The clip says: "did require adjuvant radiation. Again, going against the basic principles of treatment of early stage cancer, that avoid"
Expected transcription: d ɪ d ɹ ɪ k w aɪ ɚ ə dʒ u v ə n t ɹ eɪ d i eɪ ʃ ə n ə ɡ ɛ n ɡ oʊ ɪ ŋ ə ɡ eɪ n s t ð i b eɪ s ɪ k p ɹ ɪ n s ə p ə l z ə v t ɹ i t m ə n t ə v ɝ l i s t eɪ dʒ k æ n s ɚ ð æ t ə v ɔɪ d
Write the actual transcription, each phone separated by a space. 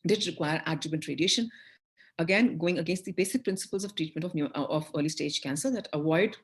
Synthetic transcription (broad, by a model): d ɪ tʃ ɹ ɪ k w aɪ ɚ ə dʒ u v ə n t ɹ eɪ d i eɪ ʃ ə n ə ɡ ɛ n ɡ oʊ ɪ ŋ ə ɡ eɪ n s t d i b eɪ s ɪ k p ɹ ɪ n s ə p ə l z ə v t ɹ i t m ə n t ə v ɝ l i s t eɪ dʒ k æ n s ɚ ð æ t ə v ɔɪ d